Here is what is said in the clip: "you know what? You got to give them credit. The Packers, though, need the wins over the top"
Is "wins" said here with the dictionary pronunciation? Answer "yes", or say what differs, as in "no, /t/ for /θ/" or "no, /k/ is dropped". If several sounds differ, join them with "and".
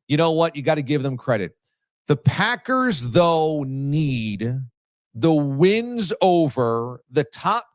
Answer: yes